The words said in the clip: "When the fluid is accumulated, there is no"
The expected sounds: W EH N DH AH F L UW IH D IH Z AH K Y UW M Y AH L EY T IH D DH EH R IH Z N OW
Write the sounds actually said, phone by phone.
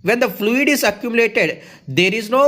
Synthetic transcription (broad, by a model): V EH N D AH F L UW IH D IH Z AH K Y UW M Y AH L EY T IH D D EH R IH Z N OW